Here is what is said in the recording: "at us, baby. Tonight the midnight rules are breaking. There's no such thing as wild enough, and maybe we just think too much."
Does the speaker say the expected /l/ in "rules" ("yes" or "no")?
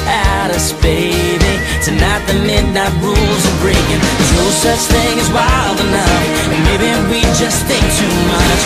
yes